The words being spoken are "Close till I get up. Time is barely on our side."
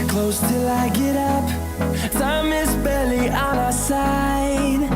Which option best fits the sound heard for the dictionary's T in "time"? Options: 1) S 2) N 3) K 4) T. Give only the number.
1